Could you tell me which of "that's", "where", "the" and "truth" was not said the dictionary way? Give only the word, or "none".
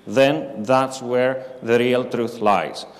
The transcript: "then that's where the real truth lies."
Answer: none